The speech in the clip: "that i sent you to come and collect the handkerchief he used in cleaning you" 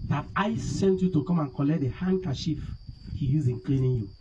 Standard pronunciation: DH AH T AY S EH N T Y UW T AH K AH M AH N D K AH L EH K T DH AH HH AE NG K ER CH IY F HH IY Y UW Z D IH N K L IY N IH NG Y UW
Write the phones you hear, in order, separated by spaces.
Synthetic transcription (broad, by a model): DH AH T AY S EH N T Y UW T AH K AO M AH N K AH L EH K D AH HH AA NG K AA SH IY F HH IY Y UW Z IH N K L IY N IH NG Y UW